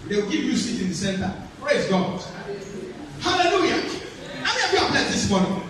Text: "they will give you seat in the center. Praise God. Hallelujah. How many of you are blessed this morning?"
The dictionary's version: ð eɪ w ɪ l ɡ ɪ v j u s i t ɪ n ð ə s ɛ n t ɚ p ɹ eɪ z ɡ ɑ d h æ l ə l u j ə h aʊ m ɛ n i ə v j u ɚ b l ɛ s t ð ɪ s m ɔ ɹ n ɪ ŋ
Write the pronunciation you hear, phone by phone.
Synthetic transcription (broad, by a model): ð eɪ w ɪ l ɡ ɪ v j u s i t ɪ n ð ə s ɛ n t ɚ p ɹ eɪ z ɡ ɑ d h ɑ l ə l u j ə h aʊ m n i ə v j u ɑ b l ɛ t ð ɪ s m ɔ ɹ n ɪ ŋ